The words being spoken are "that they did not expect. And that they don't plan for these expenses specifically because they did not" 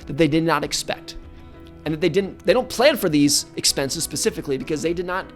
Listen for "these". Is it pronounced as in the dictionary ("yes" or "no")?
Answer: yes